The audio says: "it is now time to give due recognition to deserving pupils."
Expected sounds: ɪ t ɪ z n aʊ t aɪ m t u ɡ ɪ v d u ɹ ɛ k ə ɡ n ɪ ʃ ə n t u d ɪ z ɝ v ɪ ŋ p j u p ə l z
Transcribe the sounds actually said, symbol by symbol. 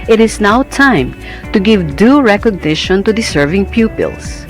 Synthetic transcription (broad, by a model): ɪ t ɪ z n aʊ t aɪ m t u ɡ ɪ v d u ɹ ɛ k ə ɡ n ɪ ʃ ə n t u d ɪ s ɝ v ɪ ŋ p j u p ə l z